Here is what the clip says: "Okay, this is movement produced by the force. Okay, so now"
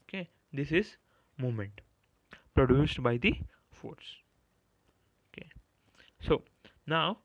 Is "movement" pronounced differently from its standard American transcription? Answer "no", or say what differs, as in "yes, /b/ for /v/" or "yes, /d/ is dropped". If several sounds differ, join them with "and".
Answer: yes, /v/ is dropped